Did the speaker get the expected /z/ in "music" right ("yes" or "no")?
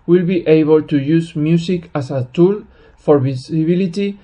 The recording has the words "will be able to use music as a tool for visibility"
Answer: no